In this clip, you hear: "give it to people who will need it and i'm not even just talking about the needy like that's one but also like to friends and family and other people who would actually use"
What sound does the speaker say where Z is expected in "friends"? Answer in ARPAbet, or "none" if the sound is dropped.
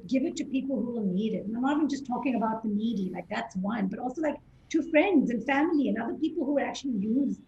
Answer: Z